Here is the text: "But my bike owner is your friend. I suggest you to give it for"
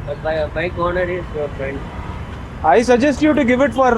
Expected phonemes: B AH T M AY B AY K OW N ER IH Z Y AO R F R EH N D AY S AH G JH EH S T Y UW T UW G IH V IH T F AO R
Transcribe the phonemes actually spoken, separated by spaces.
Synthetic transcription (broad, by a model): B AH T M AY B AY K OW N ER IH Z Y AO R F R EH N D AY S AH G JH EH S T Y UW T UW G IH V IH T F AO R